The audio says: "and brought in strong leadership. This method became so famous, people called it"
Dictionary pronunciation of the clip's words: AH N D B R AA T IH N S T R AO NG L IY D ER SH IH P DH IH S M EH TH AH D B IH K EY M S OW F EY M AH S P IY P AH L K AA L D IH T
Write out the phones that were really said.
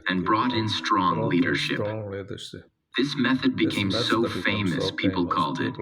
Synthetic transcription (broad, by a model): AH N B R AA T IH N S T R AO NG L IY D ER SH IH P DH IH S M EH TH AH D B IH K EY M S OW F EY M AH S P IY P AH L K AA L D IH T